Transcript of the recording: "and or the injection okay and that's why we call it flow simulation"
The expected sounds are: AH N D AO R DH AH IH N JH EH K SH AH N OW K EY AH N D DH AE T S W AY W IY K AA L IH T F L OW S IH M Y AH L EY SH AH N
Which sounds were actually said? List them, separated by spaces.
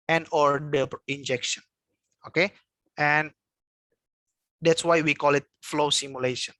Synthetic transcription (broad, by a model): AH N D AO R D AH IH N JH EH K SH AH N OW K EY AH N D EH T S W AY W IY K AA L IH T F L OW S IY M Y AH L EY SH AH N